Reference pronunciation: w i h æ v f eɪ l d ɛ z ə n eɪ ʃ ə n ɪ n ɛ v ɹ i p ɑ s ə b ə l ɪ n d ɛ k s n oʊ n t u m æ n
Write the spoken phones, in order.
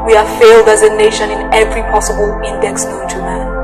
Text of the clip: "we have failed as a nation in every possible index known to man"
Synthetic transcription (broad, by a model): w i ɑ f eɪ l d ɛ z ə n eɪ ʃ ə n ɪ n ɛ v ɹ i p ɑ s ə b ə l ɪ n d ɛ k s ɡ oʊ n t u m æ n